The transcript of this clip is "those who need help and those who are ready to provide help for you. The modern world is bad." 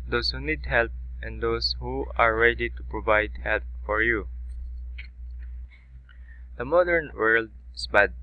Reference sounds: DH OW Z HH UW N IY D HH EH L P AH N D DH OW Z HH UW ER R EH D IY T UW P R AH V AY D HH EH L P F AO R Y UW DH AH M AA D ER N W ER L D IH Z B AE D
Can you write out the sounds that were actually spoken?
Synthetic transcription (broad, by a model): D OW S HH UW N IY D HH EH L P AH N D OW S HH UW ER R EH D IY T UW P R AH V AY D HH EH L P F AO R Y UW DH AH M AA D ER N W ER L D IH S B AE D